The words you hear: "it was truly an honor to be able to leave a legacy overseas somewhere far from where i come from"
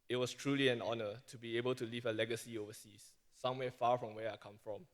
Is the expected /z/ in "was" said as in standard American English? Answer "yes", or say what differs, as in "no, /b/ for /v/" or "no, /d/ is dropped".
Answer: no, /s/ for /z/